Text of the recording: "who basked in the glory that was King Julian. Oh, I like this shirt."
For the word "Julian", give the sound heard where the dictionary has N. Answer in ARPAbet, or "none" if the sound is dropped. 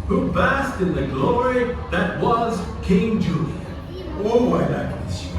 none